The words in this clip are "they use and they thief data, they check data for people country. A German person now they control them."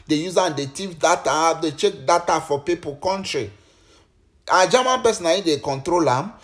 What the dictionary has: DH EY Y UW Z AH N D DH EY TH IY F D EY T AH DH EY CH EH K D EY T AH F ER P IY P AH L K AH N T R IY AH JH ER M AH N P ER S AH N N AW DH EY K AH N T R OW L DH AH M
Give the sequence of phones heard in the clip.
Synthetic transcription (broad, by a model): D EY Y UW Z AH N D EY T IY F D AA T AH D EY CH EH K D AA T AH F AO P IY P AH L K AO N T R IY AH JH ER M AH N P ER S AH N L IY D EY K AH N T R OW L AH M